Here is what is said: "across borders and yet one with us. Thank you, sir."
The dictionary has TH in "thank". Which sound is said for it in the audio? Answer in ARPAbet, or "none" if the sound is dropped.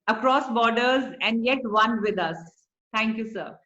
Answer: T